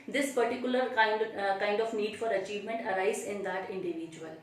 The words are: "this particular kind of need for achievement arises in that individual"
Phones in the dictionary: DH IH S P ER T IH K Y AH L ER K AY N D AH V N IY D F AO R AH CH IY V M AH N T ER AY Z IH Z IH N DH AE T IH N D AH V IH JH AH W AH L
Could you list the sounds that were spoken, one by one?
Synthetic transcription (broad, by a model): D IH S P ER T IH K Y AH L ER K AY N D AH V N IY D F AO R AH CH IY V M AH N T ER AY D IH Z IH N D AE T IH N D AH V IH JH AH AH L